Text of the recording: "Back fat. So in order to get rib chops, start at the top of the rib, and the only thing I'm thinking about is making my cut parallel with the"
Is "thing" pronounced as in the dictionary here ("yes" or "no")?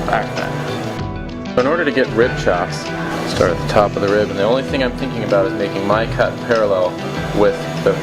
yes